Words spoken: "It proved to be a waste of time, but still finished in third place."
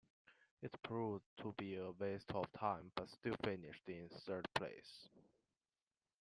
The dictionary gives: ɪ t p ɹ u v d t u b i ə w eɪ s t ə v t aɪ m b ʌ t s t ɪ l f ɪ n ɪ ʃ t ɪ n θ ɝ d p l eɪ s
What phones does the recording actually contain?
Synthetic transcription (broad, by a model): ɪ t p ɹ u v t u b i ə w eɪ s t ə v t aɪ m b ʌ t s t ɪ l f ɪ n ɪ ʃ t ɪ n s ɝ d p l eɪ s